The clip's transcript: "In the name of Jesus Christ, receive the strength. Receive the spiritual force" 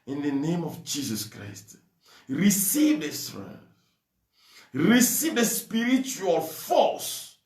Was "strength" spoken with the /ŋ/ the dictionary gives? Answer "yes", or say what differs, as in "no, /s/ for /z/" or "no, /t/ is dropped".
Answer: no, /ŋ/ is dropped